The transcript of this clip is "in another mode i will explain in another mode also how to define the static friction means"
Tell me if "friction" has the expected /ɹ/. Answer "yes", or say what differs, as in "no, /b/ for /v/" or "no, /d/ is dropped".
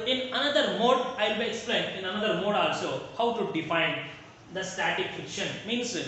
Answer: no, /ɹ/ is dropped